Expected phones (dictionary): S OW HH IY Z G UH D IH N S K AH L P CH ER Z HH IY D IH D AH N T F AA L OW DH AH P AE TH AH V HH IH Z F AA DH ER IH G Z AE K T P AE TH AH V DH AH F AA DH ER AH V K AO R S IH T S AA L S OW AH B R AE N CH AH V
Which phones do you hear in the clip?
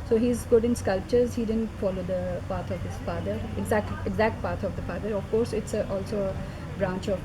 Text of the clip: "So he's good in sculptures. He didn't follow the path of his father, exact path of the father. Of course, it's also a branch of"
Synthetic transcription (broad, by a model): S OW HH IY Z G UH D IH N S K AH L P CH ER Z HH IY D IH D AH N T F AA L OW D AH P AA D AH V HH IH Z F AA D ER IH G Z AE K T P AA T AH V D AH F AA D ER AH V K AO R S IH T S AA L S OW AH B R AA N CH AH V